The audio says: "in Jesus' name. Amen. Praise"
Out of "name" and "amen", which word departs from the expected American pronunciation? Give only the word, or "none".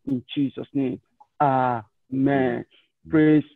none